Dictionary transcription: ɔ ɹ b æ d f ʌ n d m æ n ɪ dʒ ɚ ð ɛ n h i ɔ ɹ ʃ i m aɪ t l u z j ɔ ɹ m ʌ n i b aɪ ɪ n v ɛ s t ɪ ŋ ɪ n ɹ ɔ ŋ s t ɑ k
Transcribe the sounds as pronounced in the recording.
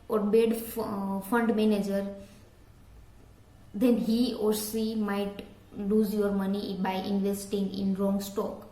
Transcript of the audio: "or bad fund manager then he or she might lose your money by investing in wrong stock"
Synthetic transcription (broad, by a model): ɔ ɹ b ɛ d f ʌ n d m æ n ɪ dʒ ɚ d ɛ n h i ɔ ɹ s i m aɪ t l u z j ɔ ɹ m ʌ n i b aɪ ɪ n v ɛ s t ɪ ŋ ɪ n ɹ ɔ ŋ s t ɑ k